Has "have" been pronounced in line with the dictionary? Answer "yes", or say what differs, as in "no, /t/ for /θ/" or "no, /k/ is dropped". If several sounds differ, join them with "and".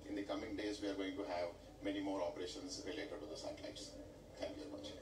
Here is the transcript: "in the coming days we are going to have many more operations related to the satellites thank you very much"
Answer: yes